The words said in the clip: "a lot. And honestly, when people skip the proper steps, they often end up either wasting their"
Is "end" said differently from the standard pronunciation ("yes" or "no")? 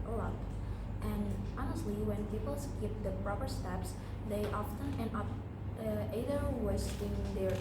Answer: yes